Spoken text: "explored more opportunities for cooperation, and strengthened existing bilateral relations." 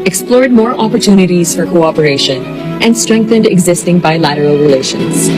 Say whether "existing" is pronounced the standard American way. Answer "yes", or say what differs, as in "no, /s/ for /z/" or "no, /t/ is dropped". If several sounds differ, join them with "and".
yes